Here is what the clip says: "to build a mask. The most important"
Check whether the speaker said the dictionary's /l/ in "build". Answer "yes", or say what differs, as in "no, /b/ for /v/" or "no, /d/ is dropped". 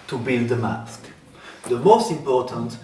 no, /n/ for /l/